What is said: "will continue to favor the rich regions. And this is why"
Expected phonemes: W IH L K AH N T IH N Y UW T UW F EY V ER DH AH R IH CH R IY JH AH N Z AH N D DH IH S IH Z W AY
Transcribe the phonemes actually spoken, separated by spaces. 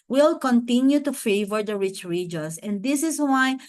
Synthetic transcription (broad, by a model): W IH L K AH N T IH N Y UW T UW F EY V ER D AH R IH CH R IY JH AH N S AH N D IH S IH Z W AY